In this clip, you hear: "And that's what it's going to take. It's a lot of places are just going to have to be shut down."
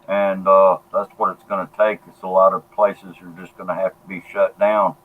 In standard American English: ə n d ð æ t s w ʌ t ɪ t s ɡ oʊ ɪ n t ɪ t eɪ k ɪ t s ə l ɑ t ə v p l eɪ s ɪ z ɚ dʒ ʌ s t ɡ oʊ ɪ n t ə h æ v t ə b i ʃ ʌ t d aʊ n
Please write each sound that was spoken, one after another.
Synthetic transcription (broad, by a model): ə n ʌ ð æ t s w ʌ t ɪ t s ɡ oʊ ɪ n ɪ t eɪ k ɪ t s ə l ɑ t ə v p l eɪ s ɪ z ɚ dʒ ʌ s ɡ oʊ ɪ n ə h æ f t ə b i ʃ ʌ t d aʊ n